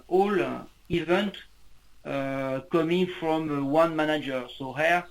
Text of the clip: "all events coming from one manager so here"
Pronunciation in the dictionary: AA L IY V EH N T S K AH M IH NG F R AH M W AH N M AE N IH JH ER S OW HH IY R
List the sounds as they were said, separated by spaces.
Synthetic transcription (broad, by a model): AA L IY V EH N T K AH M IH NG F R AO M W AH N M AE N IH JH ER S OW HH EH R